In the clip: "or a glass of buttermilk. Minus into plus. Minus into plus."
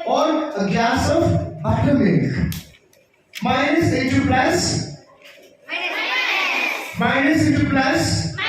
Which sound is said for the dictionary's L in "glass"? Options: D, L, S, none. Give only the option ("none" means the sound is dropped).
none